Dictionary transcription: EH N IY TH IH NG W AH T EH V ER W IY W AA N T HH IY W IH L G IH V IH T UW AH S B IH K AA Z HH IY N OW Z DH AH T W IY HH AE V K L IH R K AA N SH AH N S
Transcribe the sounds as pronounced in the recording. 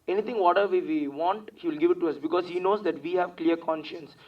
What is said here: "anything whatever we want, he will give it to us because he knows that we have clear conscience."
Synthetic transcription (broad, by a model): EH N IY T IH NG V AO T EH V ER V IY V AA N T HH IY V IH L G IH V IH T UW AH S B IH K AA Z HH IY N OW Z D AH T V IY HH AE V K L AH R K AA N SH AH N S